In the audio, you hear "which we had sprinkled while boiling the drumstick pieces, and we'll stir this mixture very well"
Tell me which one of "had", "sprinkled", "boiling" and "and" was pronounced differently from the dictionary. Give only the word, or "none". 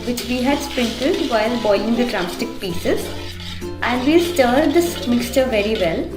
sprinkled